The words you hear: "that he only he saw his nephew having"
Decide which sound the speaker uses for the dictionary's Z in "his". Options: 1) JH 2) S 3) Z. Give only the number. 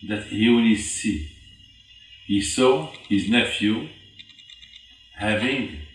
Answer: 3